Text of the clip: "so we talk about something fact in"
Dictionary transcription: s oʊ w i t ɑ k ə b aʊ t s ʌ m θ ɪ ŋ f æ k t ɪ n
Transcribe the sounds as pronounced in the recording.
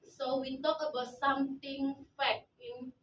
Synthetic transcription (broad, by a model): s oʊ w i t ɑ k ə b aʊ t s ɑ m t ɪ ŋ f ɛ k ɪ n